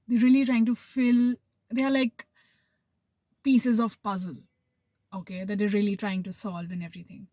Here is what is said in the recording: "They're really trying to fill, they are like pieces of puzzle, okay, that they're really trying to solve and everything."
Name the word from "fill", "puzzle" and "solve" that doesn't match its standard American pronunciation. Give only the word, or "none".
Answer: none